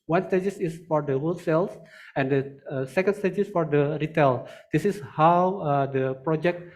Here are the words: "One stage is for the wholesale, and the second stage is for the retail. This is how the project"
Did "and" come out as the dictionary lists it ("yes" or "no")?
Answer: yes